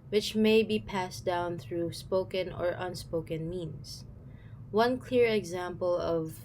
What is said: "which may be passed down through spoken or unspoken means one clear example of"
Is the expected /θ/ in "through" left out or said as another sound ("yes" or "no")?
no